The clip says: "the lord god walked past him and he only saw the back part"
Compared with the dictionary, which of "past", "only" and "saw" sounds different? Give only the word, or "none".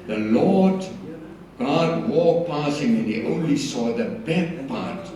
past